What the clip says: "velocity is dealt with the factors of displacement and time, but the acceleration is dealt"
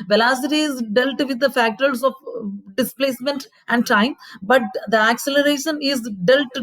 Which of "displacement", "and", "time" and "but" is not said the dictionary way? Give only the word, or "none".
none